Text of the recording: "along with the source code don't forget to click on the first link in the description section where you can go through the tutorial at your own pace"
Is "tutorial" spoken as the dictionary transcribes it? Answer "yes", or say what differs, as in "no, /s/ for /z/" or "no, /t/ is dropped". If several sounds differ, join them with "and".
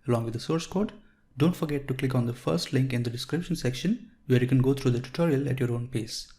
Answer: yes